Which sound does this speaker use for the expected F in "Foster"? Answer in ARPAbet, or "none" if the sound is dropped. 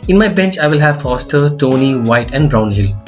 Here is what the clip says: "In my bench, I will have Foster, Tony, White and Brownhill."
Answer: F